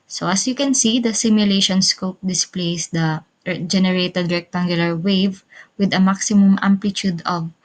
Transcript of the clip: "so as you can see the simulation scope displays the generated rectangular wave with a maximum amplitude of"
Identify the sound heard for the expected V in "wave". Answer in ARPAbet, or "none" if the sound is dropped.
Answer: V